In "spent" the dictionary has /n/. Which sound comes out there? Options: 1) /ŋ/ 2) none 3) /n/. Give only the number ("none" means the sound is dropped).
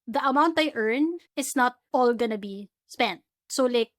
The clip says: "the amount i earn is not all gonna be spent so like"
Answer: 3